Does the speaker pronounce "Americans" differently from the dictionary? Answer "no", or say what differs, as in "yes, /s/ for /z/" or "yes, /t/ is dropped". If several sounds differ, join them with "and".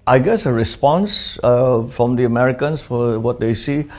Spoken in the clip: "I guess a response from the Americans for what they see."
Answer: yes, /s/ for /z/